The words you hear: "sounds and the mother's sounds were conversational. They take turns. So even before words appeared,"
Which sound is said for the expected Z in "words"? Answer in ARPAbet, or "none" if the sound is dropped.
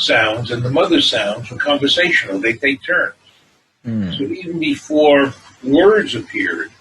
Z